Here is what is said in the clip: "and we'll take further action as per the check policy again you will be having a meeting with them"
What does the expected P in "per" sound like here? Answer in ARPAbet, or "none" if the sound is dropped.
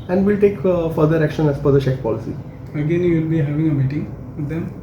F